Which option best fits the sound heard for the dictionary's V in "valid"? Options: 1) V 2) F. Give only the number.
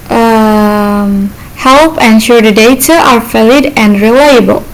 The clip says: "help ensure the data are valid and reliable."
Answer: 2